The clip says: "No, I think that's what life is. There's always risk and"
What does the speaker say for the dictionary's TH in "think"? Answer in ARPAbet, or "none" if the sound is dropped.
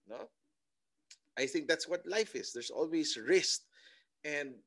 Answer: TH